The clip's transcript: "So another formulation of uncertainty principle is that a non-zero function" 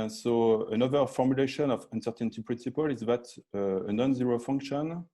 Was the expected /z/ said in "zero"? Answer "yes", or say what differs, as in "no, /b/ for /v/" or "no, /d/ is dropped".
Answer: yes